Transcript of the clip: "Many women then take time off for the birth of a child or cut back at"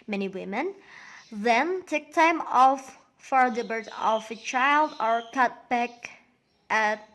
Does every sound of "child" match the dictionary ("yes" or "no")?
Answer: yes